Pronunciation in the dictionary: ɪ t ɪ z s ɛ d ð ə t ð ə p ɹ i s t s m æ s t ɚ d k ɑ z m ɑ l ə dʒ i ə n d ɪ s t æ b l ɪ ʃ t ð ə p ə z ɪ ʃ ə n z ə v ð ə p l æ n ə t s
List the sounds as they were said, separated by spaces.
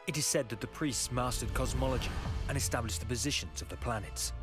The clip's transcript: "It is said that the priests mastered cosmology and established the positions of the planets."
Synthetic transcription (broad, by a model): ɪ t ɪ z s ɛ d ð ə t ð ə p ɹ i s t s m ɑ s t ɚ d k ɑ z m ɑ l ə dʒ i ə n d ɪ s t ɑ b l ɪ ʃ ð ə p ə z ɪ ʃ ə n z ə v ð ə p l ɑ n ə t s